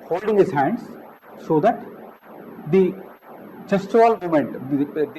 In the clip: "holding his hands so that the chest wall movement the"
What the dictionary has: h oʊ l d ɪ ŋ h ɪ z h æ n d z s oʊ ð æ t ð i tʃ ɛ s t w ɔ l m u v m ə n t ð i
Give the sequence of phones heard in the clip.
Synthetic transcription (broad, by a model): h oʊ l d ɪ ŋ h ɪ z h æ n d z s oʊ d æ t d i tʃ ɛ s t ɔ l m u m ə n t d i